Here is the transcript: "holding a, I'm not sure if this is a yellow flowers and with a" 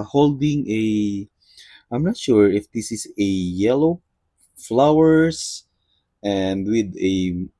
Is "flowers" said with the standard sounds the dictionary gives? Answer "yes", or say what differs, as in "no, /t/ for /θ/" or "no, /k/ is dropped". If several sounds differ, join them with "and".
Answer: no, /s/ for /z/